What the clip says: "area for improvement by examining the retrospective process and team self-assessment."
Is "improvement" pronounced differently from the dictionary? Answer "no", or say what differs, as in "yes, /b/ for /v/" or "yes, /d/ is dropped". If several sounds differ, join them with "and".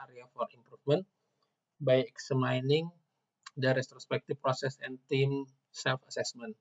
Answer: yes, /f/ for /v/